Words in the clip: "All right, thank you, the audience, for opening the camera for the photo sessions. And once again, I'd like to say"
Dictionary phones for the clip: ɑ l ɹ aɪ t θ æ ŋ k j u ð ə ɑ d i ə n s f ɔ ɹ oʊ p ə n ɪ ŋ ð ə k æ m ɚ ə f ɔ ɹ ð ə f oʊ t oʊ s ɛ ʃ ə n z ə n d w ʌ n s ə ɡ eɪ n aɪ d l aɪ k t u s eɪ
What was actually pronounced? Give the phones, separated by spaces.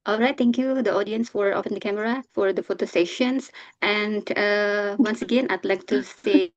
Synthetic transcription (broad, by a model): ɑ l ɹ aɪ t t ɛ ŋ k j u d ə ɑ d i ə n s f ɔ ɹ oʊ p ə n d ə k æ m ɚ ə f ɔ ɹ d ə f oʊ t oʊ s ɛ ʃ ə n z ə n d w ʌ n s ə ɡ eɪ n aɪ d l aɪ k t u s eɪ